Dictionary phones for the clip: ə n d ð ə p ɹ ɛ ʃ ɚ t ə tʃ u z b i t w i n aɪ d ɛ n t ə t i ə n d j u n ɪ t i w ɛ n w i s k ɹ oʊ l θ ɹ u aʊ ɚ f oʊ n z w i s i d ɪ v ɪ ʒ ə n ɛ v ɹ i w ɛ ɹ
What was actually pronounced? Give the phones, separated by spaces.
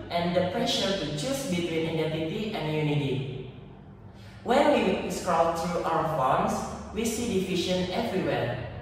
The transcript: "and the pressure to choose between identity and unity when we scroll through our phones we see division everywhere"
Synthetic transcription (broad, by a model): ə n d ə p ɹ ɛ ʃ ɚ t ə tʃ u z b i t w i n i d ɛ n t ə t i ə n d j u n ɪ t i w ɛ n w i s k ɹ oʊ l t ɹ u aʊ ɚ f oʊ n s w i s i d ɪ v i ʃ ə n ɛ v ɹ i w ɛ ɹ